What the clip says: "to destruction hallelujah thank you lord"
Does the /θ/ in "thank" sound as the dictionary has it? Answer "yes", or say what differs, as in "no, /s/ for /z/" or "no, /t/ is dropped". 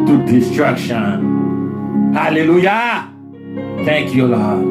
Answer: no, /t/ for /θ/